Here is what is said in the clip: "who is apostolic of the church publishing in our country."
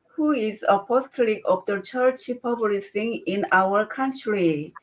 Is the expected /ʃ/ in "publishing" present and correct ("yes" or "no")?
no